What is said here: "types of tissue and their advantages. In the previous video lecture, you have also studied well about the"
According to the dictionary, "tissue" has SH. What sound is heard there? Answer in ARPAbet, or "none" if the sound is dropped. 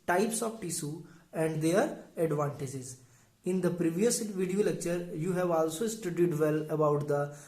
S